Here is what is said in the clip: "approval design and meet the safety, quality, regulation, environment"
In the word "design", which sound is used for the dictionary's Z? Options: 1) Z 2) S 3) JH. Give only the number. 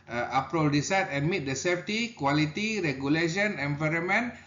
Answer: 2